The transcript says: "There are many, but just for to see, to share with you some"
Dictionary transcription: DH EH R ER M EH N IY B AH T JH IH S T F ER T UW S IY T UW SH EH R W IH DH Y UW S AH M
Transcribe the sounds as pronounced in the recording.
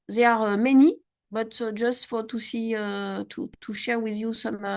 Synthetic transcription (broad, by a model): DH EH R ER M EH N IY B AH T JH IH S T F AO T UW S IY T UW SH EH R W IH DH Y UW S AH M